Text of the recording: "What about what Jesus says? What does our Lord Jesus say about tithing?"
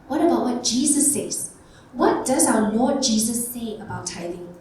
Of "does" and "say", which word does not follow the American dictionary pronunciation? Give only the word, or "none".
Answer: say